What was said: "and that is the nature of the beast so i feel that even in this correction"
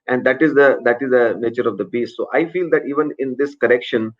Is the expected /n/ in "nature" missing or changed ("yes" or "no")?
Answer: no